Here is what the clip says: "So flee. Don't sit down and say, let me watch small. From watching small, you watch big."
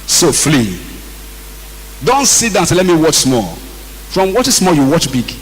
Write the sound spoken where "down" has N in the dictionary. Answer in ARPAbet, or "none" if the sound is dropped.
none